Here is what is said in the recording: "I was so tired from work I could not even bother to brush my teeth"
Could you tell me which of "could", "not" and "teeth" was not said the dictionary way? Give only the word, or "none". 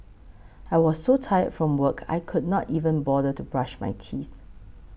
none